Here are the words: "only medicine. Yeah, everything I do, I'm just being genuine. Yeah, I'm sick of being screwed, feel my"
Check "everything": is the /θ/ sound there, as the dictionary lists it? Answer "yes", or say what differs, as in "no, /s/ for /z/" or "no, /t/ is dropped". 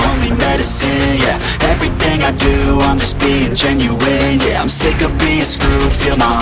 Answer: yes